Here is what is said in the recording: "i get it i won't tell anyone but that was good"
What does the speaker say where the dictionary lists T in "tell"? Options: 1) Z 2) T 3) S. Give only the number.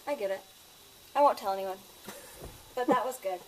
2